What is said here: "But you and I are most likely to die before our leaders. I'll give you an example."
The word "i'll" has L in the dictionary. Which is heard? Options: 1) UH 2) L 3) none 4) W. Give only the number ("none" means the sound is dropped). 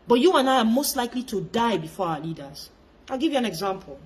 2